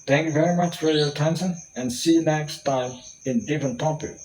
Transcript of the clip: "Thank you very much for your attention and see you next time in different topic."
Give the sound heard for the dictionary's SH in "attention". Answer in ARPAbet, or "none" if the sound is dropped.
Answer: S